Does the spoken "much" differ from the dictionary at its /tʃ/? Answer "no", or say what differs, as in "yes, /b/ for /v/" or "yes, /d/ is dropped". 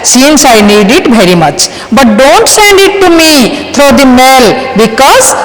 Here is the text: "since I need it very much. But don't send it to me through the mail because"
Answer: no